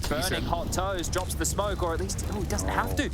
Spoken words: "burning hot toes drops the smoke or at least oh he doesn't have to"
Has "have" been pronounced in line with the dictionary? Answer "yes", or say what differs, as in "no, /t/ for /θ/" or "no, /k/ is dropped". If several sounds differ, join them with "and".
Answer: no, /f/ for /v/